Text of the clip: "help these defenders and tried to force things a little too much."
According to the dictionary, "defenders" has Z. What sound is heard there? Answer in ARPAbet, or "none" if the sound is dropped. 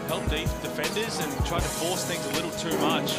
Z